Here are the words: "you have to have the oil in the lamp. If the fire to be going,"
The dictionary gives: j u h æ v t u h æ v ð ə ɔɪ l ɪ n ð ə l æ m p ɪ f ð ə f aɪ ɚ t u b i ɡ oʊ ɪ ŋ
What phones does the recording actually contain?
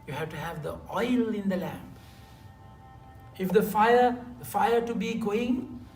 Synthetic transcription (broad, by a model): j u h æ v t u h æ v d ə ɔɪ l ɪ n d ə l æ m f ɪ f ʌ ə f aɪ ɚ t u b i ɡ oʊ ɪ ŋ